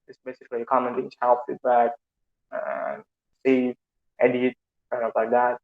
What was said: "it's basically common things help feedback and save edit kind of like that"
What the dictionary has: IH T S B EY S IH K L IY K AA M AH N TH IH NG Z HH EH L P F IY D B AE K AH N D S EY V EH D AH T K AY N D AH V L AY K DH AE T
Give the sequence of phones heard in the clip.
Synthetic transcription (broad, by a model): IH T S B EY S IH K L IY K AA M AH N T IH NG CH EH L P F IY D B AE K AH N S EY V EH D AH T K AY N AH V L AY K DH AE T